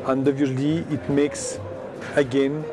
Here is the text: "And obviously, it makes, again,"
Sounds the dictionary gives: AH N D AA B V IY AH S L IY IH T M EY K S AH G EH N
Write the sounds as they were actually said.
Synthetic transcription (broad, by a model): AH N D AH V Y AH L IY IH T M EY K S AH G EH N